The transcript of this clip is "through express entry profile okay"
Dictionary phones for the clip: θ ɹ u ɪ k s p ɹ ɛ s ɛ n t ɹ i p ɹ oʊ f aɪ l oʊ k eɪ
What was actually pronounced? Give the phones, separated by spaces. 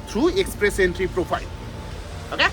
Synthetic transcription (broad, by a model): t ɹ u ɪ k s p ɹ ɛ s ɛ n t ɹ i p ɹ oʊ p aɪ l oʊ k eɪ